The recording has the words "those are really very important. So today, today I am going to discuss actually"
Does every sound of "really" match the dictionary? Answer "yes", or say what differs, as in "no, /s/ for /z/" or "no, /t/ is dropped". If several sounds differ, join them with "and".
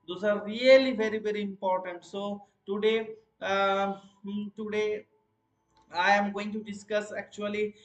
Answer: no, /l/ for /ɹ/